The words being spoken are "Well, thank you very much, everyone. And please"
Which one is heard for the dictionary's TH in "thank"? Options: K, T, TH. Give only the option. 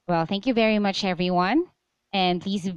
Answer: TH